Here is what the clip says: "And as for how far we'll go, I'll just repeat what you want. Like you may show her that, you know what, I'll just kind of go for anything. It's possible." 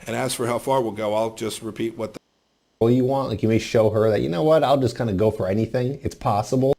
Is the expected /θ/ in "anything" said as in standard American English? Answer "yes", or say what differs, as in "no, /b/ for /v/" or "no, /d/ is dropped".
yes